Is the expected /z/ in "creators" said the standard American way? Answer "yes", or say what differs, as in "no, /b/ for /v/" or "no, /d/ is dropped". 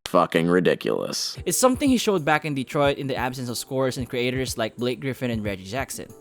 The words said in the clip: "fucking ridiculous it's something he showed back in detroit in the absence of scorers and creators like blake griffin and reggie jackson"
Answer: no, /s/ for /z/